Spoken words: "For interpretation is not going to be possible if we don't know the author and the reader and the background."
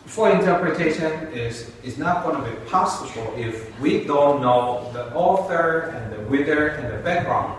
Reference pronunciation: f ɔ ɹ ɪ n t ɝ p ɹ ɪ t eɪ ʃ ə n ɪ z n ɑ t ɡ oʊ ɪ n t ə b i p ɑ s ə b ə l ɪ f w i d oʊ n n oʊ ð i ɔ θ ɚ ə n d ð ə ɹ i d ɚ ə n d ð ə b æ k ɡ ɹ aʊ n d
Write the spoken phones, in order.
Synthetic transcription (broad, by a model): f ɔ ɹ ɪ n t ɝ p ɹ ɪ t eɪ ʃ ə n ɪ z n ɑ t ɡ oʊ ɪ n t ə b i p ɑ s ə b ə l ɪ f w i d oʊ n n oʊ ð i ɔ θ ɚ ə n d ð ə w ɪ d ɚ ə n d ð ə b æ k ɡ ɹ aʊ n